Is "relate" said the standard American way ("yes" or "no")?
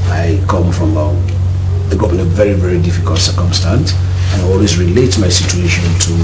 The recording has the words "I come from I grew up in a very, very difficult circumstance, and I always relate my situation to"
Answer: yes